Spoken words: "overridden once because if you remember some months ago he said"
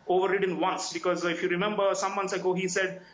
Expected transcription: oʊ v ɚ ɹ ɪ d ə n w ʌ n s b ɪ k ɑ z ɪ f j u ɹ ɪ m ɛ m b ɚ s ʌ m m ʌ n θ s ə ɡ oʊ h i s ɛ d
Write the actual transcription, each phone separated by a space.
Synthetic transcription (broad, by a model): oʊ v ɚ ɹ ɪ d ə n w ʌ n s b ɪ k ɑ z ɪ f j u ɹ ɪ m ɛ m b ɚ s ʌ m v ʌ n s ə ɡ oʊ h i s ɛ d